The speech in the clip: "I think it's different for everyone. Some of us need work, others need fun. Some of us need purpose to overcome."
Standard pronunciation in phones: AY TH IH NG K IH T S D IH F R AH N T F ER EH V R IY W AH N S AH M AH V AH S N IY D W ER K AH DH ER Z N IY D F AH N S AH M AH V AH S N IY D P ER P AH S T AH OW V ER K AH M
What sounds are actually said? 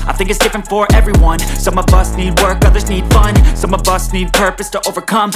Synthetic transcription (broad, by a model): AY TH IH NG K IH T S D IH F R AH N T F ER EH V R IY W AH N S AH M AH V AH S N IY D W ER K AH DH ER Z N IY D F AH N S AH M AH V AH S N IY D P ER P AH S T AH OW V ER K AH M